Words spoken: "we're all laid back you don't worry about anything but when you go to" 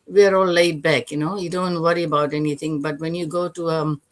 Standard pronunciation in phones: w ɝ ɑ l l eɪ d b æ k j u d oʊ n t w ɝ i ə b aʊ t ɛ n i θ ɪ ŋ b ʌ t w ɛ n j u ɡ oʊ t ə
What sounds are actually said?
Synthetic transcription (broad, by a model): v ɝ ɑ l l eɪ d b æ k j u d oʊ n t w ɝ i ə b aʊ t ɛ n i t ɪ ŋ b ʌ t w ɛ n j u ɡ oʊ t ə